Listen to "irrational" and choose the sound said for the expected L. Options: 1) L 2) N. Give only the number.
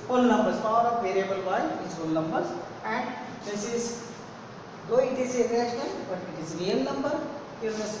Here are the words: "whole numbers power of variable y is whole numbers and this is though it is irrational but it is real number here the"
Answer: 2